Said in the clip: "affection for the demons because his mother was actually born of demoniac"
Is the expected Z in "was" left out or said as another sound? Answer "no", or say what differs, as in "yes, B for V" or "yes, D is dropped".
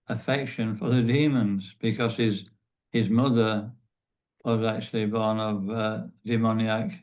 no